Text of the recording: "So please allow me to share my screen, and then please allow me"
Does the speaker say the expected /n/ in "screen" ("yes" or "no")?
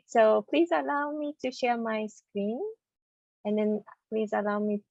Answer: yes